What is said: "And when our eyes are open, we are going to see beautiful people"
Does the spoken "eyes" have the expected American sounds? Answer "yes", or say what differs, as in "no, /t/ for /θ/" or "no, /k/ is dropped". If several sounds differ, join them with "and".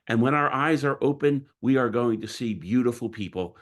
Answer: yes